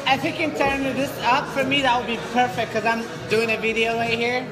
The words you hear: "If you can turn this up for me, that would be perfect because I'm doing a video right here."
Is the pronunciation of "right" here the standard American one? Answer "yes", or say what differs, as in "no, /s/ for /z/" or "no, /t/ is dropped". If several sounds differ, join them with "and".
no, /w/ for /ɹ/